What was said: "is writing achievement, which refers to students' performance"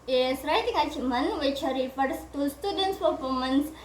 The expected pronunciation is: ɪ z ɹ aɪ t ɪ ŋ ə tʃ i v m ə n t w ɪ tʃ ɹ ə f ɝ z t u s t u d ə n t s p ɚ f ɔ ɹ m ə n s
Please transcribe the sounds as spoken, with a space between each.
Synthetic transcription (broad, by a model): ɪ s ɹ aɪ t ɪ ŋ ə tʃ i m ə n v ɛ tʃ ɹ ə p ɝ s t u s t u d ə n t s p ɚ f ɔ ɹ m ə n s